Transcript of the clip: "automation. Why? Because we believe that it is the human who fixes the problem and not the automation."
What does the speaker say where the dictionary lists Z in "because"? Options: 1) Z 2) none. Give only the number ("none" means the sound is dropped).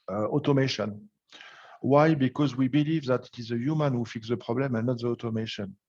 1